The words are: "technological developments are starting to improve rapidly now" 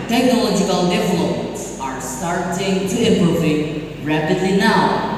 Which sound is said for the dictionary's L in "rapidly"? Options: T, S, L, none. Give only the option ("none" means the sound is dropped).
L